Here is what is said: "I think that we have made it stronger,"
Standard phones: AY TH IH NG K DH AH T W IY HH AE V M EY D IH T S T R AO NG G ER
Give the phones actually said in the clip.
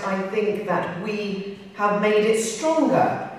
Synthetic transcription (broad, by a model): AY TH IH NG K DH AH T W IY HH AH V M EY D IH T S T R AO NG G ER